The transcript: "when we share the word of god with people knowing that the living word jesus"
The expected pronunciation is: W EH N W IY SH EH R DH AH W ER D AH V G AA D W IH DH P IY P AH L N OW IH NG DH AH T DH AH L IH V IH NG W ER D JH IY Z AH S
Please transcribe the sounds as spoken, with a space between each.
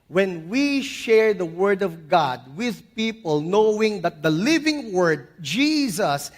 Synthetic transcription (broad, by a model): W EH N W IY SH EH R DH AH W ER D AH V G AA D W IH DH P IY P AH L N OW IH NG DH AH T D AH L IH V IH NG W ER D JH IY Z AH S